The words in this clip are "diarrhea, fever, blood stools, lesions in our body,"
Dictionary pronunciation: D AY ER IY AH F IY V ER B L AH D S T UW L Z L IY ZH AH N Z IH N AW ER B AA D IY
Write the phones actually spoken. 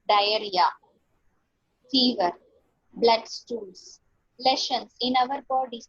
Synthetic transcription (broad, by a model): D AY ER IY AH F IY V ER B L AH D S T UW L S L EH SH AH N S IH N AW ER B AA D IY